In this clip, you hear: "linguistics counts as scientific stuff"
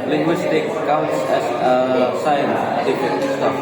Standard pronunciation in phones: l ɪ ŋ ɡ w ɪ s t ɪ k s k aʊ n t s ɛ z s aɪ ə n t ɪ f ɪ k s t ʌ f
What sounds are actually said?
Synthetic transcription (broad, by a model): l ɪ ŋ ɡ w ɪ s t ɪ k k aʊ n t s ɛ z s aɪ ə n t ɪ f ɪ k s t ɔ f